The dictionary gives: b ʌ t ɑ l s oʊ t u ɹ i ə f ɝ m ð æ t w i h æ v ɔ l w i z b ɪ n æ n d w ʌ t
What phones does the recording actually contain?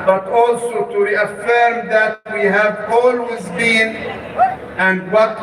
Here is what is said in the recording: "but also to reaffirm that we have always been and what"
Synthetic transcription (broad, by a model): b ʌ t ɑ l s oʊ t u ɹ i ə f ɝ m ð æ t w i h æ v ɔ l w i z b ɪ n æ n d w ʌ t